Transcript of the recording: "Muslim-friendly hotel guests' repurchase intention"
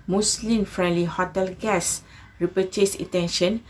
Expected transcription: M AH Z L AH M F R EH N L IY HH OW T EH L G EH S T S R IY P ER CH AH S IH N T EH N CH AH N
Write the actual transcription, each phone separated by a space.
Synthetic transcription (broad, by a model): M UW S L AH M F R EH N L IY HH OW T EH L G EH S S R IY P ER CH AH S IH T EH N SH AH N